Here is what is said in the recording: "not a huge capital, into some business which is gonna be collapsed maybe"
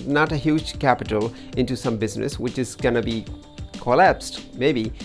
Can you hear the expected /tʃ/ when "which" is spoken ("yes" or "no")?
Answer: yes